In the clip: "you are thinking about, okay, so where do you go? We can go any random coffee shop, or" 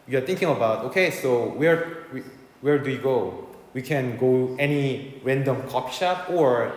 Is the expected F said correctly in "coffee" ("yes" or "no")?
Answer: no